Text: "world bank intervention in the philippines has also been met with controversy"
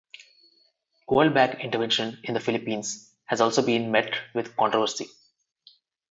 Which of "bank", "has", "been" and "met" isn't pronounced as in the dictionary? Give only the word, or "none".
bank